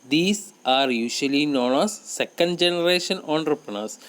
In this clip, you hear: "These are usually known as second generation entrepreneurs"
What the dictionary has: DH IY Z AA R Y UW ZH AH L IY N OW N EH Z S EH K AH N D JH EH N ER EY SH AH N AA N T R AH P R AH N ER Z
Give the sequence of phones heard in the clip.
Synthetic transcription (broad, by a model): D IY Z AA R Y UW SH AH L IY N OW N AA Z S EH K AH N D JH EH N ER EY SH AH N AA N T R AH P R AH N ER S